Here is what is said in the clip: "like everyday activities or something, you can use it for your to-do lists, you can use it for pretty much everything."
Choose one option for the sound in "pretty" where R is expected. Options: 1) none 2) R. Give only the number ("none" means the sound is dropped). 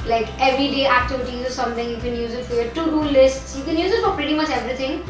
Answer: 2